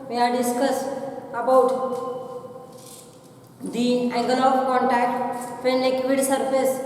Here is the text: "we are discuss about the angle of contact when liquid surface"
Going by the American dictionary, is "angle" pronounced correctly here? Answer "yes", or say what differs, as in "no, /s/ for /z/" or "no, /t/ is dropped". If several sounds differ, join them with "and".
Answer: no, /ŋ/ is dropped